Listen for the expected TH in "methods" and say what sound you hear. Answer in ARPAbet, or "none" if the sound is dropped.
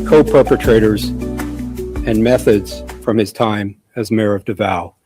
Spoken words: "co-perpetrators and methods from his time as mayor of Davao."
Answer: TH